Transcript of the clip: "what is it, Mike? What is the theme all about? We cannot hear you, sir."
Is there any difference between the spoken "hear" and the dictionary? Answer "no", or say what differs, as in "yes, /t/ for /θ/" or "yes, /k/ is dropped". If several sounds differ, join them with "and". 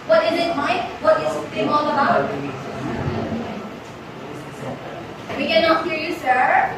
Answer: no